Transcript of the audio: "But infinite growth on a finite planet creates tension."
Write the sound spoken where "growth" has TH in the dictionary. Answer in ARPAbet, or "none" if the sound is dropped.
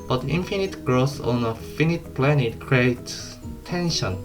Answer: S